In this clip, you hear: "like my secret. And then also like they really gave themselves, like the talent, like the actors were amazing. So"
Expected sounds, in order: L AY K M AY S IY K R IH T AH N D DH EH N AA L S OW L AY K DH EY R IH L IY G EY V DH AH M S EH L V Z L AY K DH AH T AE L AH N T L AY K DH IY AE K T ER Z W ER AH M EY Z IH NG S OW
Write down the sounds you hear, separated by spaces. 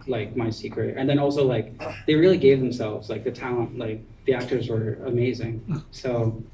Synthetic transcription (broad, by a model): L AY K M AY S IY K R IH T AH N DH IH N AA L S OW L AY K DH EY R IH L IY G EY V DH AH M S EH L V Z L AY K DH AH T AE L AH N T L AY K DH IY AE K T ER Z W ER AH M EY Z IH NG S OW